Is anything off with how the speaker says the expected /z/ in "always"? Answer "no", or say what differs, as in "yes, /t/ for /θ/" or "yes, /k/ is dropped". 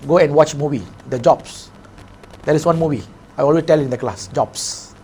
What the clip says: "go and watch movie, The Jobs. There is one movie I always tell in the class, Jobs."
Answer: yes, /z/ is dropped